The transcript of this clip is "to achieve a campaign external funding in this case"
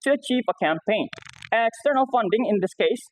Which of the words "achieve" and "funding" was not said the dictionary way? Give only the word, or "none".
none